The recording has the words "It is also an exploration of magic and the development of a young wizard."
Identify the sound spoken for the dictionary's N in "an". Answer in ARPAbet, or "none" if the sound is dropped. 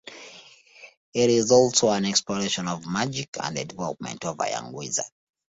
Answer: N